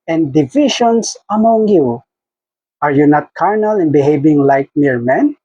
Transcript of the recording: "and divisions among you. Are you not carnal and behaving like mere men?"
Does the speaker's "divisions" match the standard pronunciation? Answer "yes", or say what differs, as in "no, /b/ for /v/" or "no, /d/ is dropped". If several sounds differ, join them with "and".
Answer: no, /ʃ/ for /ʒ/ and /s/ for /z/